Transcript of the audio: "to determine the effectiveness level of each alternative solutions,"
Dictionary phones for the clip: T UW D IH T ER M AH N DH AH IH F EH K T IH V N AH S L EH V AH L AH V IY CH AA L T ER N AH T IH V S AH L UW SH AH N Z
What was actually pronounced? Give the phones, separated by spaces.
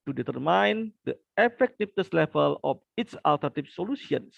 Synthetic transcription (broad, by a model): T UW D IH T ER M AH N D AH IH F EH K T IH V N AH S L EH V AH L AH F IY S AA L T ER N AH T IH P S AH L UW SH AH N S